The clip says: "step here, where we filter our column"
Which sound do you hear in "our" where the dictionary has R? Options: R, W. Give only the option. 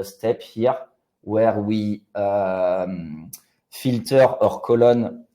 R